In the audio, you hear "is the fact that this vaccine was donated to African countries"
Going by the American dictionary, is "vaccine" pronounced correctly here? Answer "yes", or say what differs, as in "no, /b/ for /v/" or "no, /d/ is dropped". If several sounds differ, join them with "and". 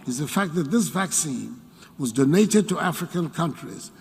yes